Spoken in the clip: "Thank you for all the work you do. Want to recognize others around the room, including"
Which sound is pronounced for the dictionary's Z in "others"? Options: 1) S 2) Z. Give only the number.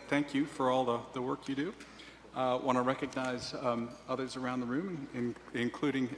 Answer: 2